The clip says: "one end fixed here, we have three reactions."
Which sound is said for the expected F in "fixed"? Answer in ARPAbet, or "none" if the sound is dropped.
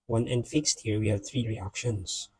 F